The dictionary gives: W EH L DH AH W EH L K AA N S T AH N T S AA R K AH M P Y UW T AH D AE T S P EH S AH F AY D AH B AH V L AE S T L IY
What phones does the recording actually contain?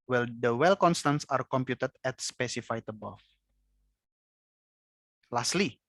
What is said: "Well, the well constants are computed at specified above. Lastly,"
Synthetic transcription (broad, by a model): W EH L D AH W EH L K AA N S T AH N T S AA R K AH M P Y UW T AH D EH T S P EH S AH F AY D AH B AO F L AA S T L IY